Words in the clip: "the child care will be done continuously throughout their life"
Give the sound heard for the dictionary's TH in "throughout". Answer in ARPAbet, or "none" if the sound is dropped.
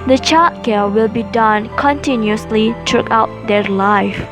T